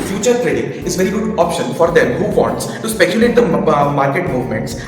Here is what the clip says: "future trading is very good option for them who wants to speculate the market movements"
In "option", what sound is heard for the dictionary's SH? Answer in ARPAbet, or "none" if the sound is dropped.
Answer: SH